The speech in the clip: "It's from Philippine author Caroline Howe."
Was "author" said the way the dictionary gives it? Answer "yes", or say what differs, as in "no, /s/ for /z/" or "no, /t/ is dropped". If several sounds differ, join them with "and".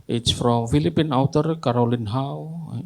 no, /t/ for /θ/